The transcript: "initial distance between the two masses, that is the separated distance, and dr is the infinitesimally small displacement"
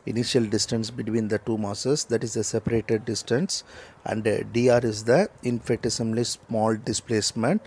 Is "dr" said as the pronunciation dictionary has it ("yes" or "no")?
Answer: no